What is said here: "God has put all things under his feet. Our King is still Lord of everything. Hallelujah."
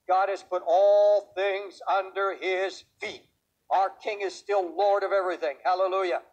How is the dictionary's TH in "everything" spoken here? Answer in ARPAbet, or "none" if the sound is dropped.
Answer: TH